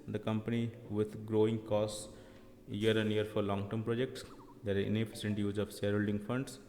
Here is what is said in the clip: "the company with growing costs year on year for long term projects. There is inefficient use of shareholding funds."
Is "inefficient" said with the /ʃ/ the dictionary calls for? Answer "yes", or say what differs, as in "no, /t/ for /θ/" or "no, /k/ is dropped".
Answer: no, /s/ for /ʃ/